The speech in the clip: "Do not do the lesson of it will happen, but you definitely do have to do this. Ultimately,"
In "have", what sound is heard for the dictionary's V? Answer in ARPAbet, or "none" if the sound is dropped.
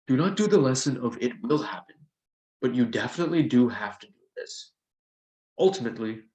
F